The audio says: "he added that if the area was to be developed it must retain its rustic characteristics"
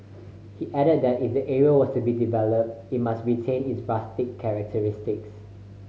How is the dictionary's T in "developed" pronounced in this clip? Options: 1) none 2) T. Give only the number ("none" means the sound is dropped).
2